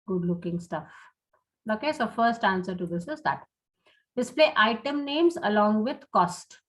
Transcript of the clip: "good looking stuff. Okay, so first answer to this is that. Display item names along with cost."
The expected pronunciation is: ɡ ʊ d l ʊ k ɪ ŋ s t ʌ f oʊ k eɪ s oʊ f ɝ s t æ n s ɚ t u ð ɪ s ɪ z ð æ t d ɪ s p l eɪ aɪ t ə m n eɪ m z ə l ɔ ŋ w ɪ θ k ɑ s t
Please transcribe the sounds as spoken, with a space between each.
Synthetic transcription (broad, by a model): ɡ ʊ d l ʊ k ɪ ŋ s t ʌ f oʊ k eɪ s oʊ f ɝ s t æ n s ɚ t u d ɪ s ɪ z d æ t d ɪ s p l eɪ aɪ t ə m n eɪ m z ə l ɔ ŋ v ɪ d k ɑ s t